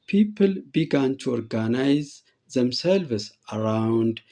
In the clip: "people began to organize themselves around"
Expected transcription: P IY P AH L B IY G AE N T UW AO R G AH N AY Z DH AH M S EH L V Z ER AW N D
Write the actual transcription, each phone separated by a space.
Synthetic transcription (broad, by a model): P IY P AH L B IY G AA N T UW AO R G AH N AY Z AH M S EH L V S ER AW N D